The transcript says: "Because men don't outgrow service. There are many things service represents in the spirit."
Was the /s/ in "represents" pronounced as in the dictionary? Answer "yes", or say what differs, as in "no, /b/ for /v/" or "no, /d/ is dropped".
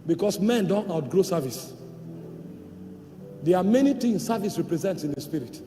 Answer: yes